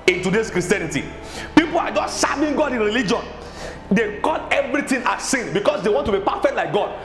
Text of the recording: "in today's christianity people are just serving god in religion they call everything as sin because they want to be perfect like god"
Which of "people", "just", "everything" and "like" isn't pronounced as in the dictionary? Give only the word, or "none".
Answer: everything